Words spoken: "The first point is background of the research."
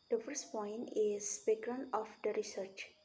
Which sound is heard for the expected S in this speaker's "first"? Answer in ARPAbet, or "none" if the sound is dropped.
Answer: S